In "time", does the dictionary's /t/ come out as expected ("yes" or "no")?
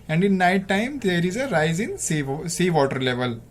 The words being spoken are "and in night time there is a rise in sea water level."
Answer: yes